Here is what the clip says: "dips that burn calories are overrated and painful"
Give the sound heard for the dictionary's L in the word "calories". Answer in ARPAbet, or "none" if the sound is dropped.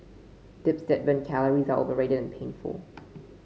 L